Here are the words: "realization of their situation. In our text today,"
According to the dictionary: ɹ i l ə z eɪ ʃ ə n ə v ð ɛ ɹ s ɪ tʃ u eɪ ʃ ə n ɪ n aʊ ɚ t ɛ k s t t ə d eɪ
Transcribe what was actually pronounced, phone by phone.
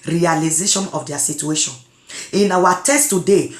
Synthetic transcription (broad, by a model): ɹ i l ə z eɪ ʃ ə n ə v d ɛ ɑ s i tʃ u eɪ ʃ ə n ɪ n aʊ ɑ t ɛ s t t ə d eɪ